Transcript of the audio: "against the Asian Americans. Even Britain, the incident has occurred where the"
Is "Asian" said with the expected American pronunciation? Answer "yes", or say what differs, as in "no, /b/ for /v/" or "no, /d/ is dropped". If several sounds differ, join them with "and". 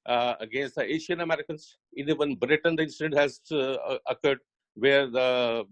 no, /ʃ/ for /ʒ/